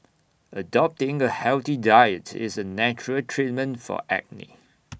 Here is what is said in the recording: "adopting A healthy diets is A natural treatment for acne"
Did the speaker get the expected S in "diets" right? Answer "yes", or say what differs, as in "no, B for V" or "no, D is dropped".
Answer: no, S is dropped